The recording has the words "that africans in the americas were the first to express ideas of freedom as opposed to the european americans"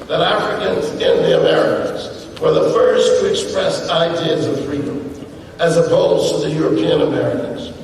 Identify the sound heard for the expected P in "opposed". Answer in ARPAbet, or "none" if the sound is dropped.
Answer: B